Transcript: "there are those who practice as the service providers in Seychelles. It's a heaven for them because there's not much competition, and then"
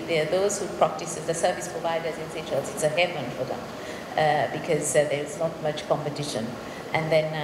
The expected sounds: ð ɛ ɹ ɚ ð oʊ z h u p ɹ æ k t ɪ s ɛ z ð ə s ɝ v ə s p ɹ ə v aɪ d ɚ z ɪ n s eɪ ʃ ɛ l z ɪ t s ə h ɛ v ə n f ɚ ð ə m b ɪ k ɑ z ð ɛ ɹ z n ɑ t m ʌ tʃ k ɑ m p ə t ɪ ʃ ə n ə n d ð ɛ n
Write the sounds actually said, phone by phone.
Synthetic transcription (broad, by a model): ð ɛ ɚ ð oʊ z h u p ɹ æ k t ɪ s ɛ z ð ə s ɝ v ə s p ɹ ə v aɪ d ɚ z ɪ n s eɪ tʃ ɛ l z ɪ t s ə h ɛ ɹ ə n f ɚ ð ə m b ɪ k ɑ z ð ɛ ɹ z n ɑ t m ʌ tʃ k ɑ m p ə t ɪ ʃ ə n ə n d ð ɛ n